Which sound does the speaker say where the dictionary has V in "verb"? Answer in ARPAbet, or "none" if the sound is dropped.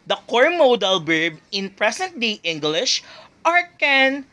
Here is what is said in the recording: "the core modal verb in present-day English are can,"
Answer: B